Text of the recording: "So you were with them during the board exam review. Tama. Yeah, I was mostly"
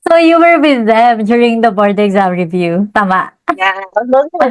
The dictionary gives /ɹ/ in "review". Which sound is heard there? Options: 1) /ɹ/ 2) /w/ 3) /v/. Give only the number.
1